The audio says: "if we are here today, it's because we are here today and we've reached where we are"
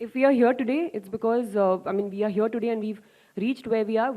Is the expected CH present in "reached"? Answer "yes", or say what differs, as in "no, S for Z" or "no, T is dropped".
yes